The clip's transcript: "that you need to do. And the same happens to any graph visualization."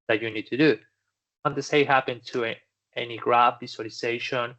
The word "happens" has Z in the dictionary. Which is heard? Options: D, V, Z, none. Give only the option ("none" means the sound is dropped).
none